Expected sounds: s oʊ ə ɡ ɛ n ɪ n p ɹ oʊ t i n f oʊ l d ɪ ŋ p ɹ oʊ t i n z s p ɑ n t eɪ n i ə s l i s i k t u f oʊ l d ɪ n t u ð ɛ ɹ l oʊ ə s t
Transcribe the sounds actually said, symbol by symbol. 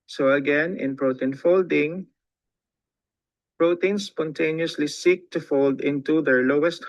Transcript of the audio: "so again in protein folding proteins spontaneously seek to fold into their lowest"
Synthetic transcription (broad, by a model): s oʊ ə ɡ ɛ n ɪ n p ɹ oʊ t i n f oʊ l d ɪ ŋ p ɹ oʊ t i n s p ɑ n t eɪ n i ə s l i s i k t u f oʊ l d ɪ n t u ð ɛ ɹ l oʊ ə s t